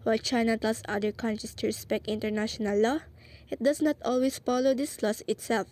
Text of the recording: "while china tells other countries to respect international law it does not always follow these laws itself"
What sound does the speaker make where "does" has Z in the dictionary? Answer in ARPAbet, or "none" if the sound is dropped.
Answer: S